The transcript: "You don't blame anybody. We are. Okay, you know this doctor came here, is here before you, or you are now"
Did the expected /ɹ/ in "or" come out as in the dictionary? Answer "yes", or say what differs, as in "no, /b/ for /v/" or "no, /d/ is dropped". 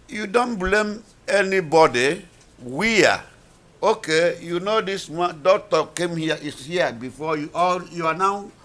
no, /l/ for /ɹ/